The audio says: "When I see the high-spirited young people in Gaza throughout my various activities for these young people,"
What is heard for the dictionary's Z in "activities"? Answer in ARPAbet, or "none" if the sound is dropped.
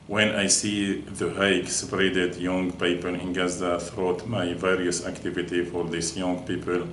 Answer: none